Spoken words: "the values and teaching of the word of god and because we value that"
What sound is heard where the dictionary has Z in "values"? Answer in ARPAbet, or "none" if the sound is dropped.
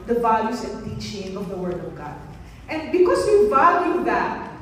S